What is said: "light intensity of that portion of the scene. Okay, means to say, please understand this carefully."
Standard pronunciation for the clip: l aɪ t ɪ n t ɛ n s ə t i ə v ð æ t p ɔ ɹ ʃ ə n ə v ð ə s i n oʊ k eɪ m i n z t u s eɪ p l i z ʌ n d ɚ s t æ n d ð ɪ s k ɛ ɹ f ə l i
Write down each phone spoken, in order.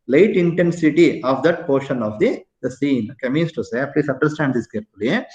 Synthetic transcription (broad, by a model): l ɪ t ɪ n t ɛ n s ə t i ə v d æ t p ɔ ɹ ʃ ə n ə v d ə s i n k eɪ m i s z t u s eɪ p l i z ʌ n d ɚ s t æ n d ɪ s k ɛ ɹ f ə l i